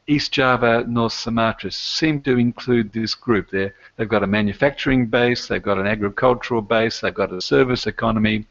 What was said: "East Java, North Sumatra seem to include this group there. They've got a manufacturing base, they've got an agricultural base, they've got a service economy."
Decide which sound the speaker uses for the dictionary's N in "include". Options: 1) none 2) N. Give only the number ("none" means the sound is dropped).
2